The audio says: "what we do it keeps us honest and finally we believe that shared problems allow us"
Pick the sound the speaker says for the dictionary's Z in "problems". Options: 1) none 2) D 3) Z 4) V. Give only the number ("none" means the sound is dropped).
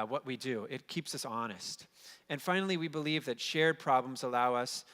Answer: 3